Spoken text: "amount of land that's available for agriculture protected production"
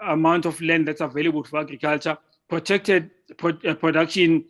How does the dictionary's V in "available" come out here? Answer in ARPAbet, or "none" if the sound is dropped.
V